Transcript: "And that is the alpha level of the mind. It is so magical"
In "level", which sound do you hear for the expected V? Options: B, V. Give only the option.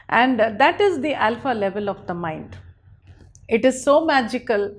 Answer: V